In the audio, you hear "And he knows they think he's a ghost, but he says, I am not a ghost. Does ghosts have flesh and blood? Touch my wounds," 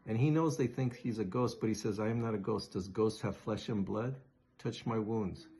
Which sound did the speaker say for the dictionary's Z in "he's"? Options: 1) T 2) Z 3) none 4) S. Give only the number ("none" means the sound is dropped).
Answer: 2